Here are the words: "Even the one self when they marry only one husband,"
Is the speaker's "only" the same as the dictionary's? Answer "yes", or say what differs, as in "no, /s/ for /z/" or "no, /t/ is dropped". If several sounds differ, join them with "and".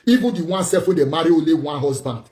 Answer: no, /n/ is dropped